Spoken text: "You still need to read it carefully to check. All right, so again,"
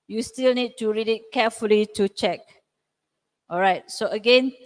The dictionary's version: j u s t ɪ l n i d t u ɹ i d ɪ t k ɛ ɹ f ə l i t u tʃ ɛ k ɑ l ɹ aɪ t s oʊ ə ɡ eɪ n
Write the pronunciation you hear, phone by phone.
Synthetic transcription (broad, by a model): j u s t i l n i d t u ɹ i d ɪ t k ɛ f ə l i t u tʃ ɛ k ɑ l ɹ aɪ t s oʊ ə ɡ eɪ n